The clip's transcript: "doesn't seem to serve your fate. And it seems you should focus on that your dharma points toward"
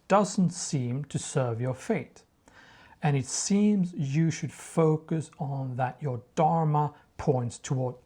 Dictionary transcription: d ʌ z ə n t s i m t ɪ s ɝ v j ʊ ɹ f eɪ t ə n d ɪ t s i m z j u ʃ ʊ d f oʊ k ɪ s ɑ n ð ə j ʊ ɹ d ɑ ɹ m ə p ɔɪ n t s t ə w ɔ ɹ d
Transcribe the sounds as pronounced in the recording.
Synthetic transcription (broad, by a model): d ʌ z n t s i m t ɪ s ɝ v j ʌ ɹ f eɪ t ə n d ɪ t s i m z j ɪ ʃ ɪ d f oʊ k ɪ s n ð ə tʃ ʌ ɹ d ɑ ɹ m ə p ɔɪ n t s t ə w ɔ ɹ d